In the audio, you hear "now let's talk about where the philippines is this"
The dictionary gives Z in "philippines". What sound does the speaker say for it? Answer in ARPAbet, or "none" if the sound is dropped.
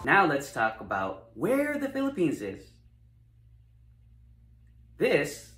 Z